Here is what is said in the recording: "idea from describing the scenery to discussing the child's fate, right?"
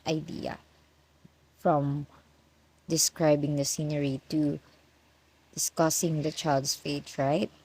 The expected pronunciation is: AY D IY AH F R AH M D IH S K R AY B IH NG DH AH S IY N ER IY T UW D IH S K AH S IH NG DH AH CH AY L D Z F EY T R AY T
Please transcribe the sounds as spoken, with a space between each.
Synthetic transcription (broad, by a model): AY D IY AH F R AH M D IH S K R AY B IH NG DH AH S IY N ER IY T UW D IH S K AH S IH NG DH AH CH AY L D S F EY T R AY T